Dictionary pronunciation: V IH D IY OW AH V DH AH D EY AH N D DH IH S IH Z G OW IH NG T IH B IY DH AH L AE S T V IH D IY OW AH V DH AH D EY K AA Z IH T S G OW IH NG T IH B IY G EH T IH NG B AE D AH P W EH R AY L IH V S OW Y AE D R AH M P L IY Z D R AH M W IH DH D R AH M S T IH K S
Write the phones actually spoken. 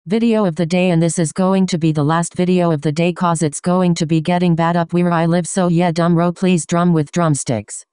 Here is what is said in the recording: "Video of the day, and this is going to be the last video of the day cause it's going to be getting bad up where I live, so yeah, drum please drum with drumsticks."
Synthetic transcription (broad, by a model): V IH D IY OW AH V DH AH D EY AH N DH IH S IH Z G OW IH NG T IH B IY DH AH L AE S T V IH D IY OW AH V DH AH D EY K AA Z IH T S G OW IH NG T IH B IY G EH T IH NG B AE D AH P W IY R AY L IH V S OW Y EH D AH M P L IY Z D R AH M W IH DH D R AH M S T IH K S